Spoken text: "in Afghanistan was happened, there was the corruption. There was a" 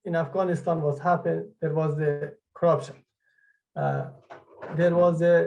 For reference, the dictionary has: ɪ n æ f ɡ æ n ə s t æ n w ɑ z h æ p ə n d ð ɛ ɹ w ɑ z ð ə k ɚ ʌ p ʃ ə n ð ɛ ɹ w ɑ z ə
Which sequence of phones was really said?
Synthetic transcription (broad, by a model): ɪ n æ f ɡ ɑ n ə s t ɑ n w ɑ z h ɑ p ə d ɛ ɹ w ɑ z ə k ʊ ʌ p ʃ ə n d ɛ ɹ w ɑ z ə